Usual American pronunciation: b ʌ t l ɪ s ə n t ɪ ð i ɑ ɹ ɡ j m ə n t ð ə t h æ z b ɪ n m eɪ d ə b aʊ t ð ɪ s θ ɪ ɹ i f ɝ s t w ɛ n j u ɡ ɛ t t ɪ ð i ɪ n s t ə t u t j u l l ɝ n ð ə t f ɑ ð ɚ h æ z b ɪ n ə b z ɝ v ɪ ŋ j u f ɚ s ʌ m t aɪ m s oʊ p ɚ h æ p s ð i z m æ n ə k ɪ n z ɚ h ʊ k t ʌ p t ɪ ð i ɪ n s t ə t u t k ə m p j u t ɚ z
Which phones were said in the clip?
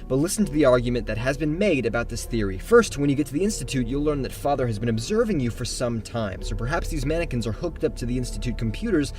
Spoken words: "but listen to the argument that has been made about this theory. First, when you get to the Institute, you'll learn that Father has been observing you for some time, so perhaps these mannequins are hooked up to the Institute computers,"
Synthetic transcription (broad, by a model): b ʌ t l ɪ s n t ɪ ð i ɑ ɹ ɡ j m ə n ð ə t h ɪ z b ɪ n m eɪ d ə b aʊ t ð ɪ s θ ɪ ɹ i f ɝ s t w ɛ n j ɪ ɡ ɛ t t ɪ ð i ɪ n s t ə t u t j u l l ɝ n ð ə t f ɑ ð ɚ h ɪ z b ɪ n ə b z ɝ v ɪ ŋ j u f ɚ s ʌ m t aɪ m s oʊ p ɚ h æ p s ð i z m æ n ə k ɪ n z ɚ h ʊ k t ʌ p t ɪ ð i ɪ n s t ə t u t k m p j u t ɚ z